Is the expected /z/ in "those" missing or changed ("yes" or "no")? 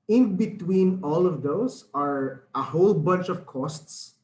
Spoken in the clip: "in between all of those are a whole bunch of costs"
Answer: yes